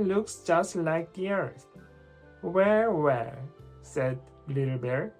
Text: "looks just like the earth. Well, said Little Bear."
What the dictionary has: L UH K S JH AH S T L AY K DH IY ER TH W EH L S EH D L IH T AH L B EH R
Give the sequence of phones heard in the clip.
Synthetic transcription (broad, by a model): L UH K S JH AH S T L AY K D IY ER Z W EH W S EH D L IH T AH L B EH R